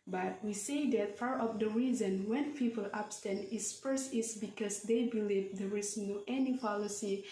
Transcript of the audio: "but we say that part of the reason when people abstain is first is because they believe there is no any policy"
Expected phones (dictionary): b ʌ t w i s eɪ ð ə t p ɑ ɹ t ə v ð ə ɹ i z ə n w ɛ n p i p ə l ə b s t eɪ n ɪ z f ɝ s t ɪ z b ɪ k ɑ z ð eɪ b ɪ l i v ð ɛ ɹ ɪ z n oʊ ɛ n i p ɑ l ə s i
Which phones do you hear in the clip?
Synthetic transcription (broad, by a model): b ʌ t w i s eɪ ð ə t f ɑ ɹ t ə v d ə ɹ i z ə n w ɛ n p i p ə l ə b s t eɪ n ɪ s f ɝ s ɪ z b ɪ k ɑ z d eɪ b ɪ l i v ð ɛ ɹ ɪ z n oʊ ɛ n i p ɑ l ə s i